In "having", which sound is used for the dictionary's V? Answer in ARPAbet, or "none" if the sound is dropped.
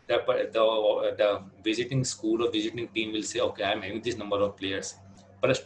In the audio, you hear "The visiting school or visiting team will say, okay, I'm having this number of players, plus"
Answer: none